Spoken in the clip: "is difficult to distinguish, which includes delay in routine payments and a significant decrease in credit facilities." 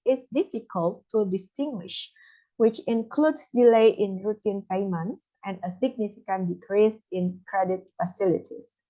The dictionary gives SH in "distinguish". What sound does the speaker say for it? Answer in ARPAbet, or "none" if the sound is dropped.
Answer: SH